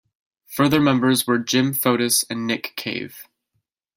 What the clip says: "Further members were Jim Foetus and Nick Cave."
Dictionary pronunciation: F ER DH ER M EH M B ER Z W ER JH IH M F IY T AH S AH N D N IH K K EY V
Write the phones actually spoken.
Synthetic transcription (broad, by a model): F ER DH ER M EH M B ER Z W ER JH IH M F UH T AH S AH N N IH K K EY V